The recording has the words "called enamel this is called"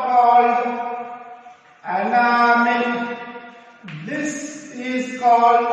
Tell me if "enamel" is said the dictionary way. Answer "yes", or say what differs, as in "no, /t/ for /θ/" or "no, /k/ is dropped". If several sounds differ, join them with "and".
no, /n/ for /l/